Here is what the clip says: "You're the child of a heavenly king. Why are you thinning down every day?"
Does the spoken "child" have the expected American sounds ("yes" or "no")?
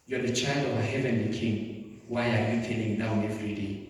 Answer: yes